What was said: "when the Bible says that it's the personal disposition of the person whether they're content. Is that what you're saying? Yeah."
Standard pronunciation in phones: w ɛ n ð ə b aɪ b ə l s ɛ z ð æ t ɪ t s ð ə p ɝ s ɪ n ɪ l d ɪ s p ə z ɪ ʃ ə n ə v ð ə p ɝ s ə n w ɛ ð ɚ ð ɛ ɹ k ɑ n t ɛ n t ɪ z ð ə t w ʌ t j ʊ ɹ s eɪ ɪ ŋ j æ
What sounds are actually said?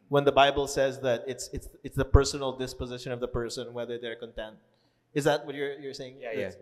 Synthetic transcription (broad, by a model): w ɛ n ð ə b aɪ b ə l s ɛ z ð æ t ɪ t s ð ə p ɝ s ɪ n ɪ l d ɪ s p ə z ɪ ʃ ə n ə v ð ə p ɝ s ə n w ɛ ð ɚ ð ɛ ɹ k ɑ n t ɛ n t ɪ z ð ə t w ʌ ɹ j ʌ ɹ s eɪ ɪ ŋ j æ